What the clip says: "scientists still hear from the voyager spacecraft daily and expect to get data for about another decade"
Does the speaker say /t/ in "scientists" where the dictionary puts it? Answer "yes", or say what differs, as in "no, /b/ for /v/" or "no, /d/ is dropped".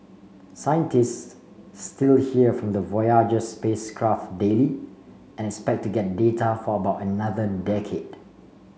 yes